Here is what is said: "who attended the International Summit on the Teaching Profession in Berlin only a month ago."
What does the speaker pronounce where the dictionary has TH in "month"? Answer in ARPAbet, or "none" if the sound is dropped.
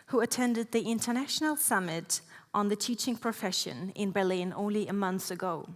TH